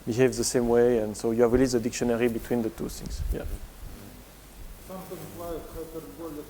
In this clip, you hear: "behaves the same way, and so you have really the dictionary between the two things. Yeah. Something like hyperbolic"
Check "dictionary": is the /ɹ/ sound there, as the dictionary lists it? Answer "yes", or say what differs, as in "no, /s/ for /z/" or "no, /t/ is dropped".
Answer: yes